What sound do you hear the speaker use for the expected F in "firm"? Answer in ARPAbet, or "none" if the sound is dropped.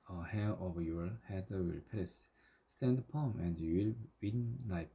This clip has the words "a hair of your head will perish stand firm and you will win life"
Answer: P